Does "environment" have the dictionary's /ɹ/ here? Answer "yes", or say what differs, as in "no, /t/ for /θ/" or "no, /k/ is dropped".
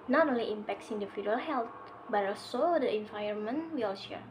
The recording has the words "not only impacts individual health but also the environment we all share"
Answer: no, /ɹ/ is dropped